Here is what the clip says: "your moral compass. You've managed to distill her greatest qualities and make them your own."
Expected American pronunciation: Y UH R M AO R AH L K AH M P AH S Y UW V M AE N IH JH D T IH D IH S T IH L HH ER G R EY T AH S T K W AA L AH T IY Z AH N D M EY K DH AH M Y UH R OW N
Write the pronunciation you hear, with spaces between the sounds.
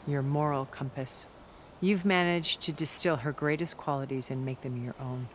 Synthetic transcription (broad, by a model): Y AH R M AO R L K AH M P AH S Y UW V M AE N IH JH T IH D IH S T IH L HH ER G R EY T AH S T K W AA L AH T IY Z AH N M EY K DH AH M Y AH R OW N